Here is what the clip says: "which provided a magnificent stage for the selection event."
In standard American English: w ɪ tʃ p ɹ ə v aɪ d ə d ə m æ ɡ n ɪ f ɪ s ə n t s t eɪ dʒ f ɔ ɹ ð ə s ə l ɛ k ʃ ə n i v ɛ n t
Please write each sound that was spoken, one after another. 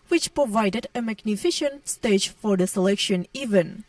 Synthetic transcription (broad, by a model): w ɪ tʃ p ɹ ə v aɪ d ə d ə m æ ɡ n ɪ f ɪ ʃ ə n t s t eɪ dʒ f ɔ ɹ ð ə s ə l ɛ k ʃ ə n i v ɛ n